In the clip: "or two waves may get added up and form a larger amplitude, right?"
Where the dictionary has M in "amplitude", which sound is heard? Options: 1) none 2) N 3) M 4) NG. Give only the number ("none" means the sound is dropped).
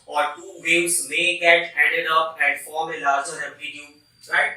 1